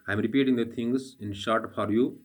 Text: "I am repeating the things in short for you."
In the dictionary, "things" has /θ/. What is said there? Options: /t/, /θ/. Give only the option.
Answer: /t/